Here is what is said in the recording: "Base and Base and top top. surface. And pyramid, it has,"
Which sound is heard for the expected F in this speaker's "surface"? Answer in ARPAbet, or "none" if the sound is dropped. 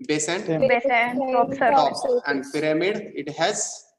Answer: none